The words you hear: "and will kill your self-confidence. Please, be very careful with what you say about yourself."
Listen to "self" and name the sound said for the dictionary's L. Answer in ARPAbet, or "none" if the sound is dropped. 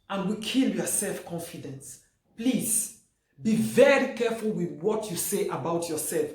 L